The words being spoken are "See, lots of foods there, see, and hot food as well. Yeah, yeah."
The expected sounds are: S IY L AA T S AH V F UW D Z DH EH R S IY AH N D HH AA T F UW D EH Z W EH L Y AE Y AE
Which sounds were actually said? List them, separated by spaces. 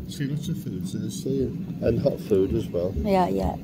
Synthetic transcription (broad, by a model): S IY L AA T S AH V F UW D Z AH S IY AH N HH AA T F UW D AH Z W EH L Y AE Y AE